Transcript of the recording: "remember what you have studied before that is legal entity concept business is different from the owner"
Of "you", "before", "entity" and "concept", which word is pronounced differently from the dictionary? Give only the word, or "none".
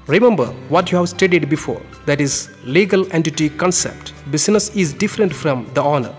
none